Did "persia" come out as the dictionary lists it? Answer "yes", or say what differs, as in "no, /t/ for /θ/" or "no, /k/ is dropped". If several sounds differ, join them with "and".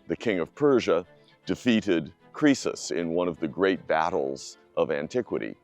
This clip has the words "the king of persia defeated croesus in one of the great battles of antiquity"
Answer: yes